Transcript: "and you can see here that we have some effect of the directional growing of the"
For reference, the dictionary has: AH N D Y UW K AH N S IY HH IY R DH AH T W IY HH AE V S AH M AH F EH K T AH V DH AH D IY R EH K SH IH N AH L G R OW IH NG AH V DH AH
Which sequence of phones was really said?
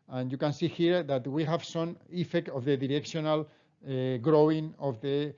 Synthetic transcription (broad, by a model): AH N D Y UW K AH N S IY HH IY R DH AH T W IY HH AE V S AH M AH F EH K T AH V DH AH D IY R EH K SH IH N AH L G R OW IH NG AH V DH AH